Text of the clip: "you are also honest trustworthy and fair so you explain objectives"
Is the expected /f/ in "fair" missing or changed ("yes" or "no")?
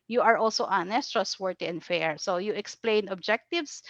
no